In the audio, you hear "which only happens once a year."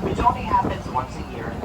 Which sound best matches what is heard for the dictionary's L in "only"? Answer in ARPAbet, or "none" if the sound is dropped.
none